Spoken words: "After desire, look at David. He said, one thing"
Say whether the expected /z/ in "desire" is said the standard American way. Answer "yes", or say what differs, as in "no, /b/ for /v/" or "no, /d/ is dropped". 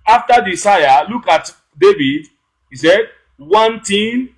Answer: no, /s/ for /z/